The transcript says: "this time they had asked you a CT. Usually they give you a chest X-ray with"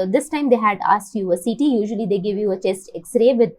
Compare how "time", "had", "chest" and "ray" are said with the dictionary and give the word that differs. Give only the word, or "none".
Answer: none